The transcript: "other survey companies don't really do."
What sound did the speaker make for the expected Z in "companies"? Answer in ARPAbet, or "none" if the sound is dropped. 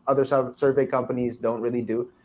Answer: Z